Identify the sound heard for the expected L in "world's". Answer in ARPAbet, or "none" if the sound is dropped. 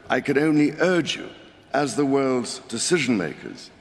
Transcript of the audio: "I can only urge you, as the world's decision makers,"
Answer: L